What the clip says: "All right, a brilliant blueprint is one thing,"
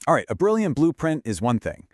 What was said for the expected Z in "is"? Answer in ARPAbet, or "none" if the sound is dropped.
Z